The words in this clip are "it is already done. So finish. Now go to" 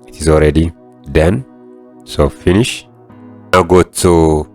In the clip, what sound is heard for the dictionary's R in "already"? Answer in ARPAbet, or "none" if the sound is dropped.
R